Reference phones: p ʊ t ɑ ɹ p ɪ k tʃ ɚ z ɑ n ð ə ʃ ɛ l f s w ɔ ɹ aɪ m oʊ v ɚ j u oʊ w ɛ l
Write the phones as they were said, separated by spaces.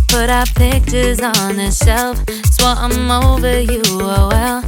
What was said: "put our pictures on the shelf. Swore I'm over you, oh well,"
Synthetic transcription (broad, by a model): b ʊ t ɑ p ɪ k tʃ ɚ z n ð ə ʃ ɛ l f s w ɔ aɪ m oʊ v ɚ j u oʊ w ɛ l